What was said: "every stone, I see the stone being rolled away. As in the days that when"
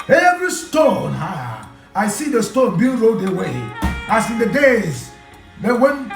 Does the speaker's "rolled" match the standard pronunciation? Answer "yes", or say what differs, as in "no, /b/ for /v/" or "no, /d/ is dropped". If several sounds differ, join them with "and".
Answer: no, /l/ is dropped